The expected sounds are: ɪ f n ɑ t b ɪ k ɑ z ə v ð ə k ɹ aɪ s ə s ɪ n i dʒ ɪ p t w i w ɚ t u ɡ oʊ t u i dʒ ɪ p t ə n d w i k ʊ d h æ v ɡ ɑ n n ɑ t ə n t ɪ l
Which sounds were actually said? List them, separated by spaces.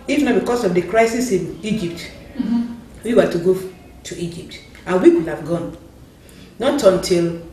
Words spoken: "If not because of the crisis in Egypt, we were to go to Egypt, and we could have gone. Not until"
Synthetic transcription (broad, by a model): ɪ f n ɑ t b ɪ k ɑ s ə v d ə k ɹ aɪ s ə s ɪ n i dʒ ɪ p t w i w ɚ t u ɡ oʊ t u i dʒ ɪ p t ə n w i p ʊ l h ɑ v ɡ ɑ n n ɑ t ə n t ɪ l